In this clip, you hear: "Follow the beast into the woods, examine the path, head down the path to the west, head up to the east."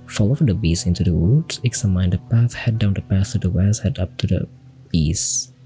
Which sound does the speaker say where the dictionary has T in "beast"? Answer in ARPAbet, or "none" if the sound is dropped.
none